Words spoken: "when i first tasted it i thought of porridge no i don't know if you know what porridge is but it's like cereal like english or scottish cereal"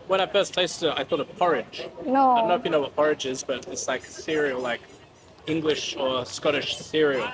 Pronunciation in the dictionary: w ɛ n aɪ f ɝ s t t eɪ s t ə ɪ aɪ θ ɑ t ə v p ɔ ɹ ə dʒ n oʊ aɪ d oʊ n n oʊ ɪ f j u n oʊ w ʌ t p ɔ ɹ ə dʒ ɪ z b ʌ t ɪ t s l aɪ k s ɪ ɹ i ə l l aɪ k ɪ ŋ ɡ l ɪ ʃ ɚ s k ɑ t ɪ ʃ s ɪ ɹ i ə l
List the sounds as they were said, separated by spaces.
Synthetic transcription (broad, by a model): w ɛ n aɪ f ɝ s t t eɪ s t ə ɪ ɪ θ ɑ t ə v p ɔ ɹ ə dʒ n oʊ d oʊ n n oʊ ɪ f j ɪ n oʊ w ʌ t p ɔ ɹ ə dʒ ɪ z b ʌ t ɪ t s l aɪ k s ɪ ɹ i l l aɪ k ɪ ŋ ɡ l ɪ ʃ ɚ s k ɑ t ɪ ʃ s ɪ ɹ i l